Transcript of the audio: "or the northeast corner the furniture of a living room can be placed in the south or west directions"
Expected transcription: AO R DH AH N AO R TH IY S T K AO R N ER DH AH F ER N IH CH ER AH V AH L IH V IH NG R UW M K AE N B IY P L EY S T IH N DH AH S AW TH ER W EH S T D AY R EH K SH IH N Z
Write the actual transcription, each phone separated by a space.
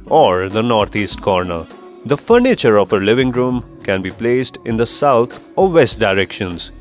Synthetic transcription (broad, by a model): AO R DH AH N AO R T IY S T K AO R N ER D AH F ER N IH CH ER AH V AH L IH V IH NG R UW M K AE N B IY P L EY S T IH N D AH S AW T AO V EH S T D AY R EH K SH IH N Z